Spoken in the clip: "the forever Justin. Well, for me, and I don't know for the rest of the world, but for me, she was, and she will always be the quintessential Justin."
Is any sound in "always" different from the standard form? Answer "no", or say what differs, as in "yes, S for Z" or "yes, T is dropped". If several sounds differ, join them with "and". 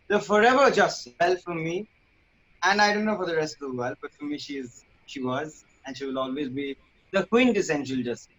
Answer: no